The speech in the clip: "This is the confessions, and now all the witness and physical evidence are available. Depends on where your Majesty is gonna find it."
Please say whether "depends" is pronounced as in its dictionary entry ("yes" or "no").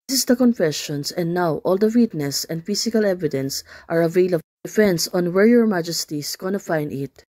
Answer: no